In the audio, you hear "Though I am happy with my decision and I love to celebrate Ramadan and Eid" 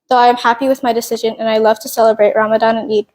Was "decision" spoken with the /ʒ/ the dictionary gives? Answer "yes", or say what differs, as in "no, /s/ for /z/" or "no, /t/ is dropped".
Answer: yes